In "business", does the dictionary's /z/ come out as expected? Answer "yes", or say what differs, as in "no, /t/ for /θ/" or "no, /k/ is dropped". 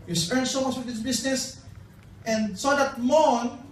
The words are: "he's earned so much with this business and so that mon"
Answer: no, /s/ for /z/